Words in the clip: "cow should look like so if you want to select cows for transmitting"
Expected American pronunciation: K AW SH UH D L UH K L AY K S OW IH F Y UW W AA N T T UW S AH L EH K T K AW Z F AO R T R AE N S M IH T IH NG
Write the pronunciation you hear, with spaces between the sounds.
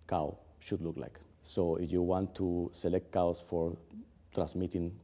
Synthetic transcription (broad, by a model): K AW SH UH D L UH K L AY K S OW IH F Y UW W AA N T T UW S AH L EH K T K AW S F AO R T R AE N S M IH T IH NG